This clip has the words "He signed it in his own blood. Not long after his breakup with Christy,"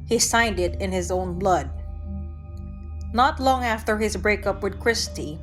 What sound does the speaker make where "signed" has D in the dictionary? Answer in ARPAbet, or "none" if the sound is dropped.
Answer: D